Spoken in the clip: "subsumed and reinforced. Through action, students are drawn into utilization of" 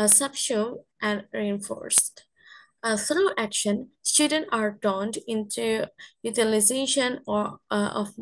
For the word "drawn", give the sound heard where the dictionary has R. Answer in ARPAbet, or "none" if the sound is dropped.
none